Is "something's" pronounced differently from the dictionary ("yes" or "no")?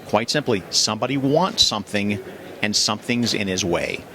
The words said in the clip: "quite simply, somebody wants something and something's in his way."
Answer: no